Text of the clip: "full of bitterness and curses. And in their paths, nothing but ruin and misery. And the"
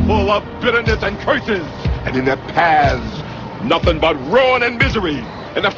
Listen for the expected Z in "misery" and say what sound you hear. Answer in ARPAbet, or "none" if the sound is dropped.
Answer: Z